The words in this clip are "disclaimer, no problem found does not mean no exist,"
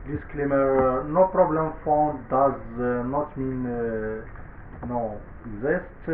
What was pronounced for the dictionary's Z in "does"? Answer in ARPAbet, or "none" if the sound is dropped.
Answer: Z